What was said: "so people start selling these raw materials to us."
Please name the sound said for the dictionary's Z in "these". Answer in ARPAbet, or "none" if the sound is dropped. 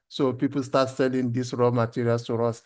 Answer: S